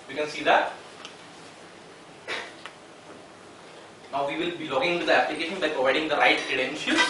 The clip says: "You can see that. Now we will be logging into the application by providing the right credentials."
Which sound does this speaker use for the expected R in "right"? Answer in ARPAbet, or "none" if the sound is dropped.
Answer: R